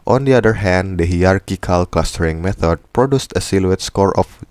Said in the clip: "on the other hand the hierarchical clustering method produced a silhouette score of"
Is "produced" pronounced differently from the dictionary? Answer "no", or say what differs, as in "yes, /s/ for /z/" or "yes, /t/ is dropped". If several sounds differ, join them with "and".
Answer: no